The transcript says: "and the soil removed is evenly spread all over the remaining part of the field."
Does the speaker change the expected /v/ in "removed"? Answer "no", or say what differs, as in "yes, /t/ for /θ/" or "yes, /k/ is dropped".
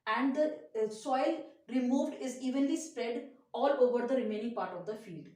no